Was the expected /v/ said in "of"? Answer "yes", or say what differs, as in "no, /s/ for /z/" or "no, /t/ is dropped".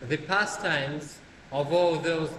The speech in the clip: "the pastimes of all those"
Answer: yes